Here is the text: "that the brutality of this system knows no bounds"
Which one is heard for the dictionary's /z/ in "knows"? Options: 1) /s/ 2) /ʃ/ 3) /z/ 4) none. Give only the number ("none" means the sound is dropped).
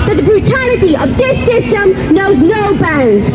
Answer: 3